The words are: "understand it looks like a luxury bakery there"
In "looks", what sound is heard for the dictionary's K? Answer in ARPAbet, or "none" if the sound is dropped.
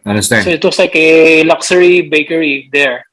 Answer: none